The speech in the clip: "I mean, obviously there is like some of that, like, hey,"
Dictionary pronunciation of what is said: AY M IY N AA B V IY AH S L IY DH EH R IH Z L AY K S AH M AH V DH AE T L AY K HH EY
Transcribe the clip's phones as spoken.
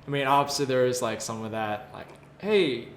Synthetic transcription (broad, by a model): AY M IY N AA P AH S IY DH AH R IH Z L AY K S AH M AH DH AE T L AY K HH EY